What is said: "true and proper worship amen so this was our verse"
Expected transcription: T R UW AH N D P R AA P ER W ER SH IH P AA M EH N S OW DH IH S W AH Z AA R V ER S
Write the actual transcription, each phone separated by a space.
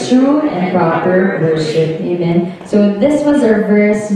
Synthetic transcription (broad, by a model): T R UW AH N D P R AA P ER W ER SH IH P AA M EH N S OW DH IH S W AH Z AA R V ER S